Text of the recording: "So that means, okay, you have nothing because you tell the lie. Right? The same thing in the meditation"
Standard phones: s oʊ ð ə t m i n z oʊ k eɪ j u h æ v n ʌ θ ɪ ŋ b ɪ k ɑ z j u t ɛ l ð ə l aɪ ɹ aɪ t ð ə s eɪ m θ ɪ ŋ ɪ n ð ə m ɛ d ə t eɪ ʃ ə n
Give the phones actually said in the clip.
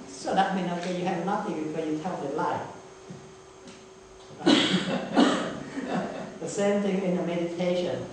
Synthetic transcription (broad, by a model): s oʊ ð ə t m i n oʊ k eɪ j u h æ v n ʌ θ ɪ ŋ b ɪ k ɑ j u t ɛ l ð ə l aɪ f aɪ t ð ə s eɪ m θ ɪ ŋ ɪ n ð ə m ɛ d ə t eɪ ʃ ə n